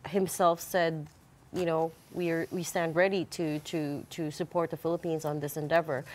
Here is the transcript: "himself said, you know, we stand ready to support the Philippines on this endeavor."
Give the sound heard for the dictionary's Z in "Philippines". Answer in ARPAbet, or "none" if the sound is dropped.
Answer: Z